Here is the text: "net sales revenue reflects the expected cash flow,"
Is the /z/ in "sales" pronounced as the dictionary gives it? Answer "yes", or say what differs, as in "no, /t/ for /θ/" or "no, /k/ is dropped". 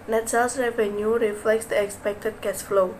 no, /s/ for /z/